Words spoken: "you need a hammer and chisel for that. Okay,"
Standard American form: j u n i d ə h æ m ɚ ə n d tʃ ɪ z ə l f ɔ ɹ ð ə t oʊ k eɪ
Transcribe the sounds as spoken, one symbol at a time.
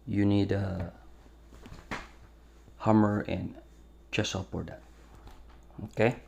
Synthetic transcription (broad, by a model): j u n i d ə h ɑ m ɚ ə n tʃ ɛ s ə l p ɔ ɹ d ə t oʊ k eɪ